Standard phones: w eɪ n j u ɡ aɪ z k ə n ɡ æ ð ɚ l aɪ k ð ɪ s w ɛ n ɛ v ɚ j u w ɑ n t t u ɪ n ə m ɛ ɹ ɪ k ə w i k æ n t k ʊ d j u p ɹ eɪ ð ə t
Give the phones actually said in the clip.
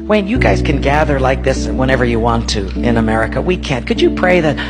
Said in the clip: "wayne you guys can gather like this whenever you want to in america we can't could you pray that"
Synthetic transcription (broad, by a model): w eɪ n j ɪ ɡ aɪ z k ə n ɡ æ ð ɚ l aɪ k ð ɪ s w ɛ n ɛ v ɚ j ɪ w ɑ n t t u ɪ n ə m ɛ ɹ ɪ k ə w i k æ n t k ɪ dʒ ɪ p ɹ eɪ ð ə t